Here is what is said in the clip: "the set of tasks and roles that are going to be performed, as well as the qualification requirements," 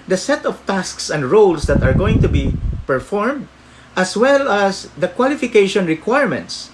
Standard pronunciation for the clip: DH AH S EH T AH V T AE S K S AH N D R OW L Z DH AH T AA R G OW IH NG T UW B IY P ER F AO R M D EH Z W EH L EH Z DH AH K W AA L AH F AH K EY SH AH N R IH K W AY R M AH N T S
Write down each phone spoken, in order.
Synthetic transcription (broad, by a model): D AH S EH T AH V T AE S K S AH N D R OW L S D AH T AA R G OW IH NG T UW B IY P ER F AO R M D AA S W EH L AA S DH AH K W AA L AH F AH K EY SH AH N R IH K W AY R M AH N T S